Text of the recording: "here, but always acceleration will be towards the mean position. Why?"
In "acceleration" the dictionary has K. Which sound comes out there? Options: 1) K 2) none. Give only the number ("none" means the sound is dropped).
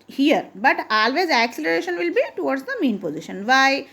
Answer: 1